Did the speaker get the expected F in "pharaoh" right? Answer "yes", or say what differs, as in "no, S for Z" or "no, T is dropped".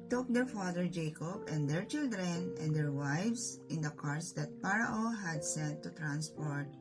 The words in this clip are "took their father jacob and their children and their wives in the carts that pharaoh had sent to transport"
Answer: no, P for F